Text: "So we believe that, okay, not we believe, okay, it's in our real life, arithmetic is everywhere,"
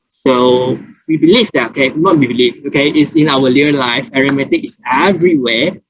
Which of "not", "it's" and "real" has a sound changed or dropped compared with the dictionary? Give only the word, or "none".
real